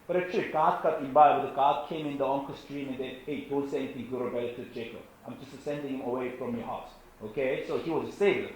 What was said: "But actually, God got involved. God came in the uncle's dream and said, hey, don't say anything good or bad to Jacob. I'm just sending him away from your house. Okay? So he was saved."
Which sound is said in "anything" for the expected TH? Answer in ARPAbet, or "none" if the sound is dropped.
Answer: T